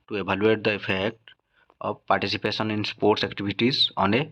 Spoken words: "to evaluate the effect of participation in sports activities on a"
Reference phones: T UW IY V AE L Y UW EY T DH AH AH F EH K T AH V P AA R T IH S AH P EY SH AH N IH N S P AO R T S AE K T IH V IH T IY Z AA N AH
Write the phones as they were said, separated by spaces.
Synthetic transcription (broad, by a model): T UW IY B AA L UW EY T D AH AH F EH K T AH B P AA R T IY S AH P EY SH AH N IH N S P AO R T S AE K T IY B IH T IY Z AA N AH